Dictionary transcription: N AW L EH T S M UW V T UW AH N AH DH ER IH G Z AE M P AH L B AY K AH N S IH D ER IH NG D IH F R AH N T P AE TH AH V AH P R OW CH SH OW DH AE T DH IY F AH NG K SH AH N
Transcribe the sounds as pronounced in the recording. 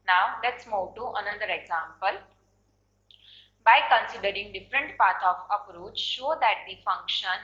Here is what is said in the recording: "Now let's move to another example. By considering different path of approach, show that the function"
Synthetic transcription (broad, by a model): N AW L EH T S M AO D T UW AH N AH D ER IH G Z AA M P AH L B AY K AH N S IH D ER IH NG D IH F R AH N T P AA T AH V AH P R OW CH SH OW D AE T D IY F AH NG K SH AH N